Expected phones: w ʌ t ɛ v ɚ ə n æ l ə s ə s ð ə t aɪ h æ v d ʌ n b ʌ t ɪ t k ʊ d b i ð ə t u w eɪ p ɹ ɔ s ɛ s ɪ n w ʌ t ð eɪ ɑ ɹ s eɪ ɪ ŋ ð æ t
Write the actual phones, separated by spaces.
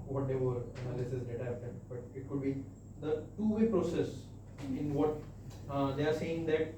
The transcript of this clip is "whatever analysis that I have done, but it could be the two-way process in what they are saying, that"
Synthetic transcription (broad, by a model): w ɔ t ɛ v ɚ ə n æ l ə s ə s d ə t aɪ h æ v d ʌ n b ʌ t ɪ t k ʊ d b i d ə t u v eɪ p ɹ ɔ s ɛ s ɪ n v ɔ t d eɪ ɑ ɹ s eɪ ɪ ŋ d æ t